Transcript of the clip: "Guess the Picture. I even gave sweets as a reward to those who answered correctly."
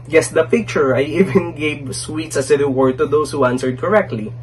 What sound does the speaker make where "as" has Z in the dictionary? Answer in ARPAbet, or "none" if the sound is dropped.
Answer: S